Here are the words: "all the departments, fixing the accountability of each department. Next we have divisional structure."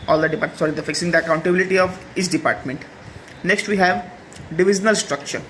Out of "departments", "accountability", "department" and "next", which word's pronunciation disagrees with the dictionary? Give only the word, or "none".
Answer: departments